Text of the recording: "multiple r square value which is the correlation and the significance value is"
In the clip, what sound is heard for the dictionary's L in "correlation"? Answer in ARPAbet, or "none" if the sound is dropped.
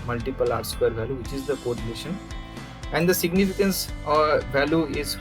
N